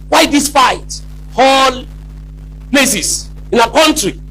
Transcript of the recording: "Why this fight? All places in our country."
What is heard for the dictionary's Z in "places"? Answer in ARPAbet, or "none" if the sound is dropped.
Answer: S